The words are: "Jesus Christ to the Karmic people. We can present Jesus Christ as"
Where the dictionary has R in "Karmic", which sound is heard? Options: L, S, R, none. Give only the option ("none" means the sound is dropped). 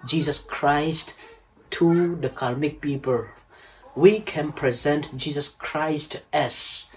L